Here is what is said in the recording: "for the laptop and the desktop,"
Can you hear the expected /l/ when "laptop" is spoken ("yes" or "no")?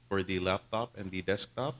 yes